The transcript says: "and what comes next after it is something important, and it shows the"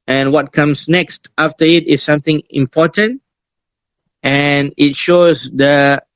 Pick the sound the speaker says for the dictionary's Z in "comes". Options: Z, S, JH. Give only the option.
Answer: S